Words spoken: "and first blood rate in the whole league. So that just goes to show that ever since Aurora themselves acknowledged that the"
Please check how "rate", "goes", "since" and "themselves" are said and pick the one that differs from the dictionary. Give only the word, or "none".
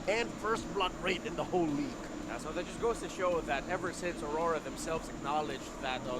none